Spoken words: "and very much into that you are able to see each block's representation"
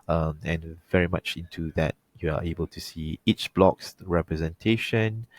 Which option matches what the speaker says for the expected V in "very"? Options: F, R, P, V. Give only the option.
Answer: V